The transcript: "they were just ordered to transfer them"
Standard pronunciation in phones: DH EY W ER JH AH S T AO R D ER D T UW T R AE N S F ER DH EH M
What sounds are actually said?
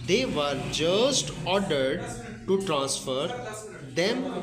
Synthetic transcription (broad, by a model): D EY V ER JH AH S T AO R D ER D T UW T R AE N S F ER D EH M